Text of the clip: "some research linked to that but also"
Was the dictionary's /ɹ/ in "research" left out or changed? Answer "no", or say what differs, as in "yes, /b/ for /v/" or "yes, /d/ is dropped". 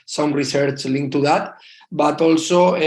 no